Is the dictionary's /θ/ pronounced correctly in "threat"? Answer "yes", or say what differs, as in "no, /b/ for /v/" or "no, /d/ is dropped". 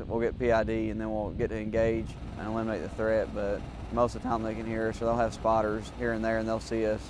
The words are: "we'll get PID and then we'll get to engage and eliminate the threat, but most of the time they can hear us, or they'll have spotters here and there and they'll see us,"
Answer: yes